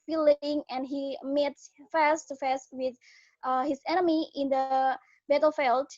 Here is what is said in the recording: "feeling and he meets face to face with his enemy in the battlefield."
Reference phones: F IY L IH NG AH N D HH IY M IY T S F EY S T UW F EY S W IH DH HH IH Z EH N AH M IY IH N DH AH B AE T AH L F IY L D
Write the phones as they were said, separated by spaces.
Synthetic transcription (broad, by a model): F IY L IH NG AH N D HH IY M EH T F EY S T UW F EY S W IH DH HH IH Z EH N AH M IY IH N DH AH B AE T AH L F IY L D